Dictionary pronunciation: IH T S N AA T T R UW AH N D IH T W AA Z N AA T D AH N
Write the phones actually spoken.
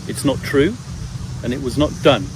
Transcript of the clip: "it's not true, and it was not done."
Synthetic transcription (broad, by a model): IH T S N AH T T R UW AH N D IH T W AA Z N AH T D AH N